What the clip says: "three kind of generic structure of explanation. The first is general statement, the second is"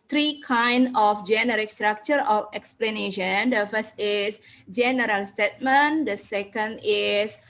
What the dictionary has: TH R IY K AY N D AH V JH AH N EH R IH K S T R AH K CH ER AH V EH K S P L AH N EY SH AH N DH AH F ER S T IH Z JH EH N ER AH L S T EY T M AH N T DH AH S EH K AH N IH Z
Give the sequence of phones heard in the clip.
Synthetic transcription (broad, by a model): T R IY K AY N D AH F JH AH N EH R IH K S T R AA K CH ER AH F EH K S P L AH N EY SH AH N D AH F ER S T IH S JH EH N ER AH L S T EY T M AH N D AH S EH K AH N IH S